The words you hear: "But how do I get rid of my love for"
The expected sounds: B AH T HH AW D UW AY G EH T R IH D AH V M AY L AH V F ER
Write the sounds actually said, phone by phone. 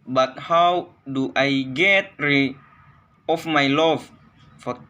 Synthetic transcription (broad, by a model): B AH T HH AW D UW AY G EH T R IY AH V M AY L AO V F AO